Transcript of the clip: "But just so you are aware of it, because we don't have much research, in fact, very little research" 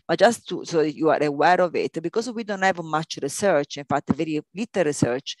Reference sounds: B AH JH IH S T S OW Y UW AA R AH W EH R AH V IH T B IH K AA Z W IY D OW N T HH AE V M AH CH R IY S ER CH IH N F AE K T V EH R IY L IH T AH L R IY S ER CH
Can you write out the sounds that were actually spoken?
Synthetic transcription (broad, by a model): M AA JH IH S T S OW Y UW AA R AH W EH R AH V IH T B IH K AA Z W IY D OW N T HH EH V M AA CH R IY S ER CH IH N F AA T V EH R IY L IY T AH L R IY S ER CH